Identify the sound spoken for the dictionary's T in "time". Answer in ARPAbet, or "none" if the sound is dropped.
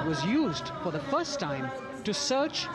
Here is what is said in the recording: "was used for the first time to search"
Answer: T